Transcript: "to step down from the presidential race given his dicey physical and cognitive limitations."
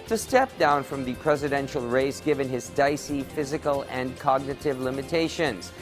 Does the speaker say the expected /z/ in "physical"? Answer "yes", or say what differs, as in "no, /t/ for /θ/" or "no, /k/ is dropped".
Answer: yes